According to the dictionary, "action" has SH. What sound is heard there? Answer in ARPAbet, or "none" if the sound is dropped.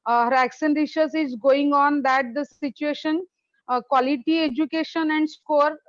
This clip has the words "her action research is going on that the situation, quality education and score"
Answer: S